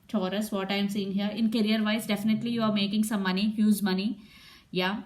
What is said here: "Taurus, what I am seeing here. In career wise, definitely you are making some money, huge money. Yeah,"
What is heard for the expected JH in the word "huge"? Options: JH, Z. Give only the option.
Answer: Z